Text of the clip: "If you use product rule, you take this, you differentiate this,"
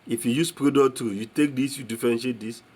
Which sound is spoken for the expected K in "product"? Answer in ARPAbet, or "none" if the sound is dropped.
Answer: none